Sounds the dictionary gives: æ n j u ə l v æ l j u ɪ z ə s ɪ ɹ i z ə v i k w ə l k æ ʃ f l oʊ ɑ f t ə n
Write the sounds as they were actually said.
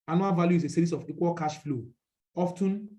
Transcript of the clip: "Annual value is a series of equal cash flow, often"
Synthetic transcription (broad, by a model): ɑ n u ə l v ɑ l j u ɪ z ə s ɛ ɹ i s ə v i k w ə l k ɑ ʃ f l oʊ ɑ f t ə n